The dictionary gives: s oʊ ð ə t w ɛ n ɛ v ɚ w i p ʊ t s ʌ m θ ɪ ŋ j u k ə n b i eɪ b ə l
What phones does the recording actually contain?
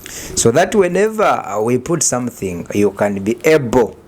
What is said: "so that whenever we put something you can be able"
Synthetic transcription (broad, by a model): s oʊ ð ə t w ɛ n ɛ v ɚ w i p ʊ t s ʌ m θ ɪ ŋ j u k ə n b i eɪ b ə l